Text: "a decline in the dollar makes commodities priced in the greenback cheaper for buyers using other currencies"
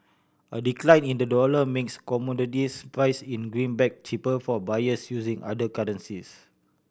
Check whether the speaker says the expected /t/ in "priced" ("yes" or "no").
no